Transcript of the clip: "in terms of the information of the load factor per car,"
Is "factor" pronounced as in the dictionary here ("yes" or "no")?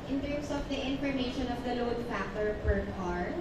no